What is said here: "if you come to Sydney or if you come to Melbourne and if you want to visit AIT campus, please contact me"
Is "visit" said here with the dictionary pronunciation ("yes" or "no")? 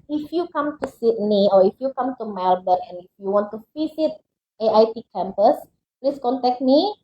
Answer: no